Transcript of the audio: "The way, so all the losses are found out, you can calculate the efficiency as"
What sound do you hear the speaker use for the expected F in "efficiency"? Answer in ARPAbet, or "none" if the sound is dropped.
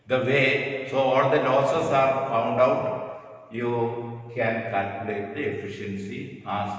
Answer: F